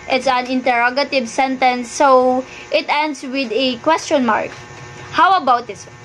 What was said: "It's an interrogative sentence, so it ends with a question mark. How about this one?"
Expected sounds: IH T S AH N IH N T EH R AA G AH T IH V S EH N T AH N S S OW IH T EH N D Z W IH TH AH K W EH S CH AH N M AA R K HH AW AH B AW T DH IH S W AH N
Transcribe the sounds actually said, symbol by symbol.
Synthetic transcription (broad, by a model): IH T S AH N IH N T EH R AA G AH T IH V S EH N T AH N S S OW IH T EH N D S W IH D AH K W EH S CH AH N M AA R K HH AW AH B AW T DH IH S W